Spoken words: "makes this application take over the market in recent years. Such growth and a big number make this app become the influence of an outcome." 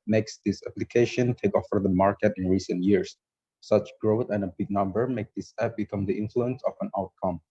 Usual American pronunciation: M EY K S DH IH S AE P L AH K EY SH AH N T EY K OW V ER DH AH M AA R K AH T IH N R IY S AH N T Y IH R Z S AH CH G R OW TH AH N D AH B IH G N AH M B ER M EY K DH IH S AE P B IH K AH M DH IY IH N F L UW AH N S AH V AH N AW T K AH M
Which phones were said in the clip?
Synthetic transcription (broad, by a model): M EY K S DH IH S AE P L AH K EY SH AH N T EY K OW F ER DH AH M AA R K AH T IH N R IY S AH N T Y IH R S S AH CH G R OW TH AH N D AH B IH G N AH M B ER M EY K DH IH S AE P B IH K AH M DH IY IH N F L UW AH N S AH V AH N AW T K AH M